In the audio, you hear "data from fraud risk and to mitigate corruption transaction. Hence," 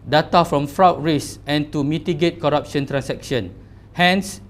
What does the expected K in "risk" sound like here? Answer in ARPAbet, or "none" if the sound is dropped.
none